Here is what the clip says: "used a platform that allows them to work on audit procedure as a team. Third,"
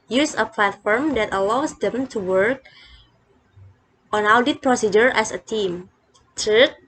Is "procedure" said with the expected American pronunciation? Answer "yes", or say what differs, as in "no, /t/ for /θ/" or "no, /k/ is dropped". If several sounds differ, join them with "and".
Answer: yes